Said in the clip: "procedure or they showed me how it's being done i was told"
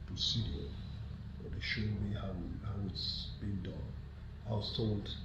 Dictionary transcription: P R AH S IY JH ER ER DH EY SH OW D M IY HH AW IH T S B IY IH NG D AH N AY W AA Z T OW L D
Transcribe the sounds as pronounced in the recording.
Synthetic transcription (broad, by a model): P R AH S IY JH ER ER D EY SH OW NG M IY HH AW IH T S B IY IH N D AH N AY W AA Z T OW L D